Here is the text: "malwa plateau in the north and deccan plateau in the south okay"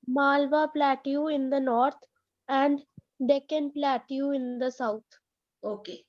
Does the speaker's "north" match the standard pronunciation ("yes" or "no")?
no